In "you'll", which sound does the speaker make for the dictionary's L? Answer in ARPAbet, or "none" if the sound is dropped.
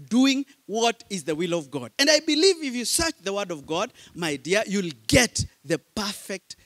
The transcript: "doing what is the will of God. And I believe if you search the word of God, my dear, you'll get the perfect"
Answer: L